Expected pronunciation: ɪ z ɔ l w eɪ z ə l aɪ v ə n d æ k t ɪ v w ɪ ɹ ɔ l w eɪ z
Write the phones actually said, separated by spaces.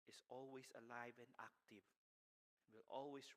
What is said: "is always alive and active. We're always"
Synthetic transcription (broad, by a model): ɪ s ɔ l w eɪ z ə l aɪ v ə n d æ k t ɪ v w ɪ l ɔ l w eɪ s